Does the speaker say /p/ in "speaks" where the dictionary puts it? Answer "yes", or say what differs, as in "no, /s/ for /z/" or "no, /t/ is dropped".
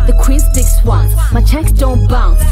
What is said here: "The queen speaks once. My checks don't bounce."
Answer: no, /p/ is dropped